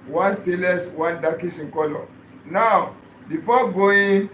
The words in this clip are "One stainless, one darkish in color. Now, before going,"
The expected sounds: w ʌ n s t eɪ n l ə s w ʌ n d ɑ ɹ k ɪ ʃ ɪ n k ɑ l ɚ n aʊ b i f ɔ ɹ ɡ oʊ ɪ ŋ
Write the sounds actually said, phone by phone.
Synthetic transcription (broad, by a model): w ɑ n s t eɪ l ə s w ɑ n d ɑ k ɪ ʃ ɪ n k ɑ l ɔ n aʊ b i f ɔ ɡ oʊ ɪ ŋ